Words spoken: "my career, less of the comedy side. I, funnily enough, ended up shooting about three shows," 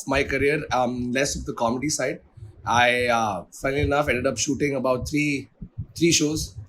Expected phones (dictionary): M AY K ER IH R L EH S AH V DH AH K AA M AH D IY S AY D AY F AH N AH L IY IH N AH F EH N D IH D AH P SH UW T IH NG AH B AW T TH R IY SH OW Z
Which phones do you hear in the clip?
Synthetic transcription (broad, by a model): M AY K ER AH R L EH S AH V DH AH K AA M AH D IY S AY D AY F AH AH N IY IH N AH F EH N D IH D AH P SH UW T IH NG AH B AW T T R IY SH OW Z